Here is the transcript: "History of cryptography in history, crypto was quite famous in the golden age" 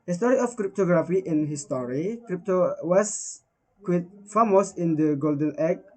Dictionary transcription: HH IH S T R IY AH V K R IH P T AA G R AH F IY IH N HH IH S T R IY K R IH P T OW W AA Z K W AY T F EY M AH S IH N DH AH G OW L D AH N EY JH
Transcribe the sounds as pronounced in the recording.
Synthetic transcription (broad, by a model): HH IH S T R IY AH F K R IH P T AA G R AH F IY IH N HH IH S T R IY K R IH P T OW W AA S K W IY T F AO M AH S IH N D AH G OW L D AH N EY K